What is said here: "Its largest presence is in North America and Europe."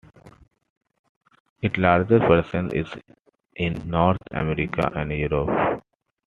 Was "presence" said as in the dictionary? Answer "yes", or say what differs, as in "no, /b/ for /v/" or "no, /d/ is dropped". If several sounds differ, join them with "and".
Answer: no, /s/ is dropped